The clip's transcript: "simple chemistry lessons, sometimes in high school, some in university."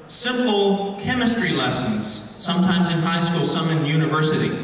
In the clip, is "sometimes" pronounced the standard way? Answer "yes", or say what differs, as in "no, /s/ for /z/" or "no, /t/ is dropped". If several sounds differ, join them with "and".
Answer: yes